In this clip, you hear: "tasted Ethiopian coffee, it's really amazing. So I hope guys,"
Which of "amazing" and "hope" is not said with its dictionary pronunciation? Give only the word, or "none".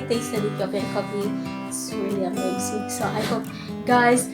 amazing